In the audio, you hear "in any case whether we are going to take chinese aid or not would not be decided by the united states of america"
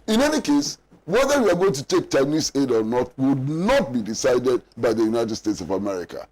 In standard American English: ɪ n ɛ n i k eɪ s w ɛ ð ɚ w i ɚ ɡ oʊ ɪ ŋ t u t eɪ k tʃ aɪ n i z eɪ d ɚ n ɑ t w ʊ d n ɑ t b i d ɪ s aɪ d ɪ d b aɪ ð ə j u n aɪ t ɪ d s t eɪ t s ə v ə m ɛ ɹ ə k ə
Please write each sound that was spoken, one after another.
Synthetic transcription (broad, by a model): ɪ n ɛ n i k eɪ s w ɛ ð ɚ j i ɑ ɡ oʊ ɪ ŋ t u t eɪ k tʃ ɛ n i s eɪ d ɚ n ɑ t w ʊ d n ɑ t b i d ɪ s aɪ d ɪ d b aɪ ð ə j u n aɪ t ɪ d s t eɪ t s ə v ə m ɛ ɹ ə k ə